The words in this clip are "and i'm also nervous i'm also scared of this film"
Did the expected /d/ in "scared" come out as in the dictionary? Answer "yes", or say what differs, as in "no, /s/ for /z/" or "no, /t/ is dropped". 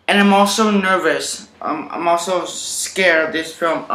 no, /d/ is dropped